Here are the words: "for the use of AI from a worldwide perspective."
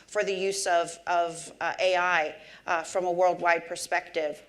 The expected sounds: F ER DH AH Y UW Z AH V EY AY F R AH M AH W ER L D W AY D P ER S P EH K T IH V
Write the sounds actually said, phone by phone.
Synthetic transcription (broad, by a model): F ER DH AH Y UW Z AH V EY AY F R AH M AH W ER L D W AY D P ER S P EH K T IH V